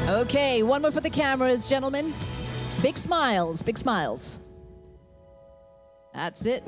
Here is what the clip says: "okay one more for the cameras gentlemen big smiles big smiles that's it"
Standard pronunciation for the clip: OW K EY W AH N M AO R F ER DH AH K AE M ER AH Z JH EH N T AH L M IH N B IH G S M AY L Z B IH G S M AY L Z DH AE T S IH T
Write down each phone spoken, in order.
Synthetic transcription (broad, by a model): OW K EY W AH N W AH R F ER DH AH K AE M ER AH Z JH EH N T L M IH N B IH G S M AY L Z B IH G S M AY L Z DH AE T S IH T